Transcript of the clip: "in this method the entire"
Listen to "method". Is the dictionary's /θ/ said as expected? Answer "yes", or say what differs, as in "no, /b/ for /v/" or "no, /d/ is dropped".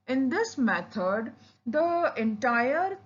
no, /t/ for /θ/